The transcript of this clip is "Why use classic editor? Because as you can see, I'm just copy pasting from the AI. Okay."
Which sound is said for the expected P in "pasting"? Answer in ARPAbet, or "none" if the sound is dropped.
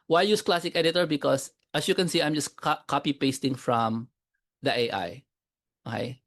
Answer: P